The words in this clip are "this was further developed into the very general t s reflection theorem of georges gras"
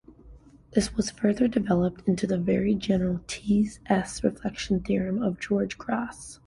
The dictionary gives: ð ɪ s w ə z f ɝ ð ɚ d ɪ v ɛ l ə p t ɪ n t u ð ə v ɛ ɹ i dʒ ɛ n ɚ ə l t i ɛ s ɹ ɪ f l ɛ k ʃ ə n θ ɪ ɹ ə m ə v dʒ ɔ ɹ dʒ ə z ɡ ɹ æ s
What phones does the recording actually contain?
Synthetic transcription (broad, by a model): ð ɪ s w ə z f ɝ ð ɚ d ɪ v ɛ l ə p t ɪ n t u ð ə v ɛ ɹ i dʒ ɛ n ɚ l t i ɛ s ɹ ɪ f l ɛ k ʃ n θ ɪ ɹ ə m ə v dʒ ɔ ɹ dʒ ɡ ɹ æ s